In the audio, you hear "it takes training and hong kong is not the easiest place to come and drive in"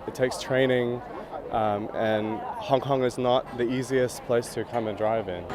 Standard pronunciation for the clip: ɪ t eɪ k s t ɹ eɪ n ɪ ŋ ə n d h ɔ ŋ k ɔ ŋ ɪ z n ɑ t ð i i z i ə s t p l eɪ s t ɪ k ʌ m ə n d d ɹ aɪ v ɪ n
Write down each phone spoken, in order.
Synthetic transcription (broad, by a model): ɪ t eɪ k s t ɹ eɪ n ɪ ŋ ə n h ɔ ŋ k ɔ ŋ ɪ z n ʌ t ð i i z i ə s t p l eɪ s t ɪ k ʌ m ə n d d ɹ aɪ v ɪ n